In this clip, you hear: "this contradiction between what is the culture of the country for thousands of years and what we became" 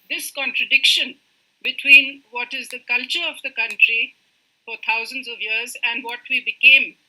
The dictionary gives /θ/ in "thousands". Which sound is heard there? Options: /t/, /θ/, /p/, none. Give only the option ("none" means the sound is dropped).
/t/